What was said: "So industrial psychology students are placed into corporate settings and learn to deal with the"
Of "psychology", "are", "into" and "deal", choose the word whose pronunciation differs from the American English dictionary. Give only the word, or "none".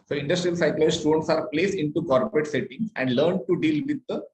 psychology